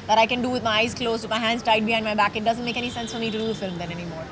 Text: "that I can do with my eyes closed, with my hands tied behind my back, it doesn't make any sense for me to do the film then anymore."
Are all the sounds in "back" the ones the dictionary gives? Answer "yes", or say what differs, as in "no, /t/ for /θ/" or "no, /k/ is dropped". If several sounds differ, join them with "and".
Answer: yes